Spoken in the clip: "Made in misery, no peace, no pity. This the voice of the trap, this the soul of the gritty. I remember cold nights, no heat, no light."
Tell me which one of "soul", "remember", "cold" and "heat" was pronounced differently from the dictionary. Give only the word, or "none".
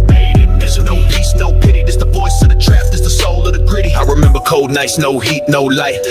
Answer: none